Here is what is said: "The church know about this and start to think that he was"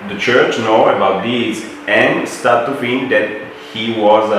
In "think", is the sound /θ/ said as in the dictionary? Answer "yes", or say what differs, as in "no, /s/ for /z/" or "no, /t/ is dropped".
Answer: no, /f/ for /θ/